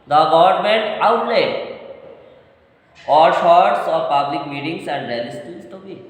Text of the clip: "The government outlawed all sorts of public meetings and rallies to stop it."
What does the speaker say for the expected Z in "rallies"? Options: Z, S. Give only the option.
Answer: S